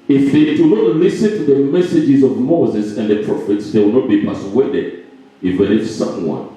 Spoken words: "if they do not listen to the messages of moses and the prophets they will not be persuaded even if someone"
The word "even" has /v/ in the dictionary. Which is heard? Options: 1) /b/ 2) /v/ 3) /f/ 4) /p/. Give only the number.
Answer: 3